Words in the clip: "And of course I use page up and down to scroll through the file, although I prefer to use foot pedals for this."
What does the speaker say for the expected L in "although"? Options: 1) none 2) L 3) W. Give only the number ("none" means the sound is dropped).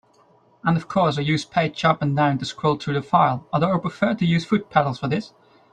1